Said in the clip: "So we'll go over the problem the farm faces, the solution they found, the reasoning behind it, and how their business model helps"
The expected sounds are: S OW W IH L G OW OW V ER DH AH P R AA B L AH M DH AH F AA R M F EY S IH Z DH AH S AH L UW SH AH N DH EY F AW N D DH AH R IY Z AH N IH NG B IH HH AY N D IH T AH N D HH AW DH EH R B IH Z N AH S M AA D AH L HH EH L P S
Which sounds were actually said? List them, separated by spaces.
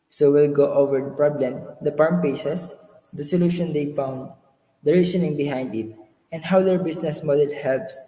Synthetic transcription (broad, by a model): S OW W IH L G OW OW V ER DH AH P R AA B L AH M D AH P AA R M P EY S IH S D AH S AH L UW SH AH N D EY F AW N D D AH R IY S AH N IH NG B IH HH AY N D IH T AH N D HH AW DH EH R B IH S N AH S M AA D AH L HH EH L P S